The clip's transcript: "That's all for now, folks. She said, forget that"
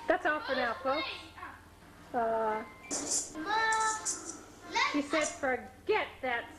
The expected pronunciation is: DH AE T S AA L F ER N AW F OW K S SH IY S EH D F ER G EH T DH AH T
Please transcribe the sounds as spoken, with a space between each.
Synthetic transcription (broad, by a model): DH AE T S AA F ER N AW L OW S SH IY S EH D F ER G EH T DH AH T